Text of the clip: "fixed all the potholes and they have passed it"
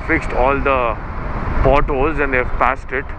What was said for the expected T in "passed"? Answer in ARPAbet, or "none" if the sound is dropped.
T